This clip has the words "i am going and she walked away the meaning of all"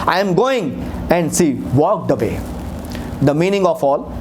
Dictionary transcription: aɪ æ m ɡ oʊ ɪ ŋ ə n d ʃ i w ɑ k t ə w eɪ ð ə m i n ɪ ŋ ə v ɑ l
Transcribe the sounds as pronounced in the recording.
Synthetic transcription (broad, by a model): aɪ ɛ m ɡ oʊ ɪ ŋ ə n d s i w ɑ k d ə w eɪ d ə m i n ɪ ŋ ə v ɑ l